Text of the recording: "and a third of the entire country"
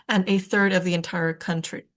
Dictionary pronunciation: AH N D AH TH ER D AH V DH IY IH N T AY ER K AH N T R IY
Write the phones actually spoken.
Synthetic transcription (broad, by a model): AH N AH TH ER D AH V DH IY IH N T AY ER K AH N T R IY